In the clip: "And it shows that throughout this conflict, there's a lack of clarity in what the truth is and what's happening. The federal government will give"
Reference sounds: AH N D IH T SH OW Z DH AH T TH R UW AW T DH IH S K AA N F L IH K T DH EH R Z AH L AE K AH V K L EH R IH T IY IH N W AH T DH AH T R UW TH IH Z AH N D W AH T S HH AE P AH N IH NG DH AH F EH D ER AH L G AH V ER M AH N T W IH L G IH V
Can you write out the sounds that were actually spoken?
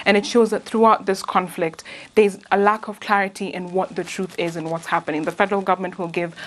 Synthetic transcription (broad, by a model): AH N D IH T SH OW Z DH AH T TH R UW AW T DH IH S K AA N F L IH K T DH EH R Z AH L AE K AH V K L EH R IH T IY IH N W AH T DH AH T R UW TH IH Z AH N W AH T S HH AE P AH N IH NG DH AH F EH D ER AH L G AH V ER M AH N T W IH L G IH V